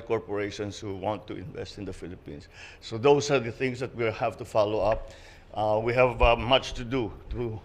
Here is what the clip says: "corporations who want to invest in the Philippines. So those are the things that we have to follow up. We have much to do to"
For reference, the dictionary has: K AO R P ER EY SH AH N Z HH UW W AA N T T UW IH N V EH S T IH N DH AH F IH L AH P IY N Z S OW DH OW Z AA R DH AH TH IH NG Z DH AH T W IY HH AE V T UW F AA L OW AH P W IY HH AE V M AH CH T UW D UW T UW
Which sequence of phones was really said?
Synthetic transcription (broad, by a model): K AO R P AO EY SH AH N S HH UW W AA N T T UW IH N V EH S T IH N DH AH F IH L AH P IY N S OW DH OW S AA R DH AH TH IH NG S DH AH T W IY HH AE V T UW F AA L OW AH P W IY HH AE V M AH CH T UW D UW T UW